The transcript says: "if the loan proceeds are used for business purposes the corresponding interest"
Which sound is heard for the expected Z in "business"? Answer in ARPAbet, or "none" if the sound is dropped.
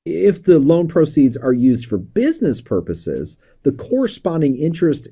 Z